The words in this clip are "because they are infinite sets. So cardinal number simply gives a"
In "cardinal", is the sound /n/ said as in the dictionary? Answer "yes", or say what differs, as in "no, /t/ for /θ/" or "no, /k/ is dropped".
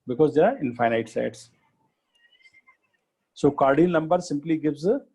no, /n/ is dropped